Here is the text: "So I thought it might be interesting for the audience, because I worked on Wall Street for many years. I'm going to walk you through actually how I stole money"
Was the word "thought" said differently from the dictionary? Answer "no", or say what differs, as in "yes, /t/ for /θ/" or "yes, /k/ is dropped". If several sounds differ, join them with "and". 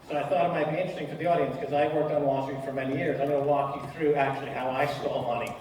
no